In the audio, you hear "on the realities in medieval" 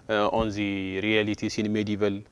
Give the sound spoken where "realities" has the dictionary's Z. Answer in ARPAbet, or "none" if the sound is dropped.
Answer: S